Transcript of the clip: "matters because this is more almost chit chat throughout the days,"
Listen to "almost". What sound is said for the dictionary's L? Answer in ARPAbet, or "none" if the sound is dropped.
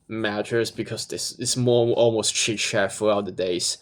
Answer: L